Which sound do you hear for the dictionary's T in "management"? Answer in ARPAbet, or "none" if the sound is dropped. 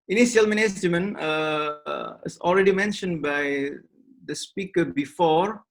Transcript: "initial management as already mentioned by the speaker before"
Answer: none